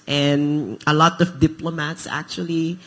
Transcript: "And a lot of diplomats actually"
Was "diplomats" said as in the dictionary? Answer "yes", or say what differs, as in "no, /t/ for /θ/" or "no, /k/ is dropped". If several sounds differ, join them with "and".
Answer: yes